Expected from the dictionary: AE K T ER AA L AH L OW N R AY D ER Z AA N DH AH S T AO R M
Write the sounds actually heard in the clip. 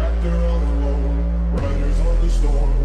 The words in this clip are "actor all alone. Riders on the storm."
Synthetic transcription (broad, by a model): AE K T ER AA N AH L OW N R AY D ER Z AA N DH AH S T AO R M